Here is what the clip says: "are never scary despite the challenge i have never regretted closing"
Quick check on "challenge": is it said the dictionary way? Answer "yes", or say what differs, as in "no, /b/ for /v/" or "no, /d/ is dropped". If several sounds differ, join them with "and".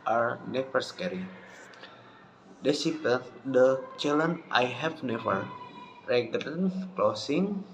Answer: no, /dʒ/ is dropped